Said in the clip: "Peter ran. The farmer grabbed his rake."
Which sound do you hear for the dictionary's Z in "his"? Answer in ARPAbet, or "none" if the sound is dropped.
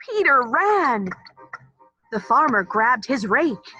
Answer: Z